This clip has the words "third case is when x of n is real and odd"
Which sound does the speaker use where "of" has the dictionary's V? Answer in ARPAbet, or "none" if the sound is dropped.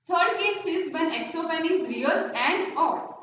P